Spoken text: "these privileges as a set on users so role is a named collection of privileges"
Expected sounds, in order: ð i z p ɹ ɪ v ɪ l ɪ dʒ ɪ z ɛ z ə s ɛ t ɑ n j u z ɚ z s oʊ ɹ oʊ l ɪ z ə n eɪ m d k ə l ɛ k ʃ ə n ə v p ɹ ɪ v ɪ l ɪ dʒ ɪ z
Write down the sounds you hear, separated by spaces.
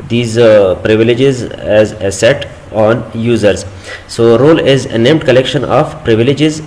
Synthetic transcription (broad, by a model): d i z p ɹ ɪ v ɪ l ɪ dʒ ɪ z ɛ z ə s ɛ t ɑ n j u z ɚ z s oʊ ɹ oʊ l ɪ z ə n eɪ m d k ə l ɛ k ʃ ə n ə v p ɹ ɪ v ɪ l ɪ dʒ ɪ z